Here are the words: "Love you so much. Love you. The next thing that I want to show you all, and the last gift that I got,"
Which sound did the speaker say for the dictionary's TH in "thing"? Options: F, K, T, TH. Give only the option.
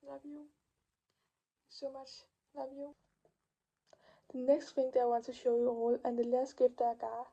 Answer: F